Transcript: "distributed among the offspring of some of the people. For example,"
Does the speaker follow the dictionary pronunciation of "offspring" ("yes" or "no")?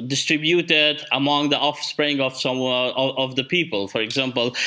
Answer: yes